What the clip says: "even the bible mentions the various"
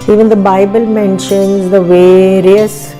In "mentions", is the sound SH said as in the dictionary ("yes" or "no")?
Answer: yes